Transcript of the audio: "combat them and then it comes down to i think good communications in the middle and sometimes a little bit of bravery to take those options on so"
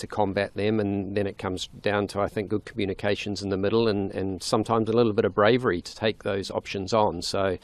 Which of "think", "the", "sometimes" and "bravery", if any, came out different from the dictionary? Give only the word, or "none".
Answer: none